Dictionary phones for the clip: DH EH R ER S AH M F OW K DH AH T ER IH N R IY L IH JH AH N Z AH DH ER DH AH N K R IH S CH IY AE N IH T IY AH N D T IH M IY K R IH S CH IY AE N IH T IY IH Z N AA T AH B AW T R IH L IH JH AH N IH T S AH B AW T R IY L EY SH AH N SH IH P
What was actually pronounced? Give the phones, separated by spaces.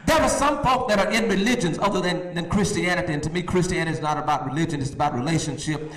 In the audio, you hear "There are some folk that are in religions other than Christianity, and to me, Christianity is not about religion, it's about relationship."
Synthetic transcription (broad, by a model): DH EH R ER S AH M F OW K DH AH T ER IH N R IY L IH JH AH N Z AH DH ER DH AH N K R IH S CH IY AE N IH T IY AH N T IH M IY K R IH S CH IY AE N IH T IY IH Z N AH T AH B AW T R IH L IH JH AH N IH T S AH B AW T R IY L EY SH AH N SH IH P